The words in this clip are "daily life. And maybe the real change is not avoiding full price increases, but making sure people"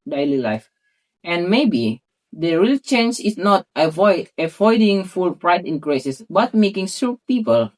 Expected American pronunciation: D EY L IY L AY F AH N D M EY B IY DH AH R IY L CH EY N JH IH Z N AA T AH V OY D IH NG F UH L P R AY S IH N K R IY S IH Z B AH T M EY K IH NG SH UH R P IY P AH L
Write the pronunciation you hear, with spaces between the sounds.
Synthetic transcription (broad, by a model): D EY L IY L AY F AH N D M EY B IY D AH R IY L CH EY N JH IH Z N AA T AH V OY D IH NG F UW L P R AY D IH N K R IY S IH S B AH T M EY K IH NG S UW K P IY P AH L